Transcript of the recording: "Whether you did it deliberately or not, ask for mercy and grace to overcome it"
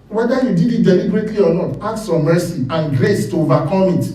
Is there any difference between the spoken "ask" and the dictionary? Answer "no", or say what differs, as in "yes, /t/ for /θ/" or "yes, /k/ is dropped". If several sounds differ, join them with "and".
yes, /s/ is dropped